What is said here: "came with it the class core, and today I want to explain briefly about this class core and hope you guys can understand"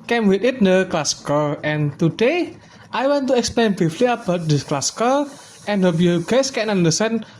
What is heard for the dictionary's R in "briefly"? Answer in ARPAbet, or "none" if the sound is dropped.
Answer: none